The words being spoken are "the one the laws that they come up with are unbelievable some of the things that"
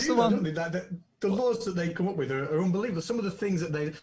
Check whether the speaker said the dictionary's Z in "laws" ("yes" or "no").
yes